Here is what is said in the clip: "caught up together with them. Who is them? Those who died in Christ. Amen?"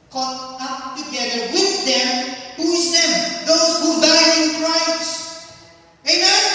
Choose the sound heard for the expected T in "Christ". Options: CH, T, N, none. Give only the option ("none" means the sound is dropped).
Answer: none